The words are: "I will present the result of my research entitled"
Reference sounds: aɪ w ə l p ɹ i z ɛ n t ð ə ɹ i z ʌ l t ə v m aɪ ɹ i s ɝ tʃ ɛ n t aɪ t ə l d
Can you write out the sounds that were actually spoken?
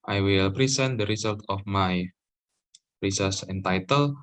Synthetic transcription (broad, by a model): aɪ w ə l p ɹ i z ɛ n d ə ɹ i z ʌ l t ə f m aɪ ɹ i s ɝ s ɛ n t aɪ t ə l